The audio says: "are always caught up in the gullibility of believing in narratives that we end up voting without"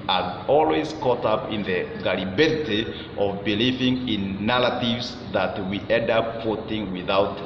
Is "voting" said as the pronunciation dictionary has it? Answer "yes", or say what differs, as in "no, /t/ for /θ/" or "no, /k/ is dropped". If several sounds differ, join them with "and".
no, /f/ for /v/